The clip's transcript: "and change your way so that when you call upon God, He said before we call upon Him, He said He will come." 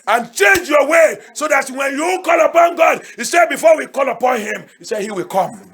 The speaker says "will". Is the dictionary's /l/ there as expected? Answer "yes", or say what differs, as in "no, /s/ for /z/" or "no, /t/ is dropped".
yes